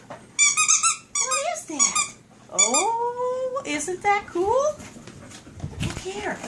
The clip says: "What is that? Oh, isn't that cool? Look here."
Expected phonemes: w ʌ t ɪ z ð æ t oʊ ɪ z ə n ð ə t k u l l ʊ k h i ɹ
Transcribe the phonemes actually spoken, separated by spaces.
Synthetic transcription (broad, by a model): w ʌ ɪ z ð æ t oʊ ɪ z ə n ð ə t k u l l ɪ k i ɹ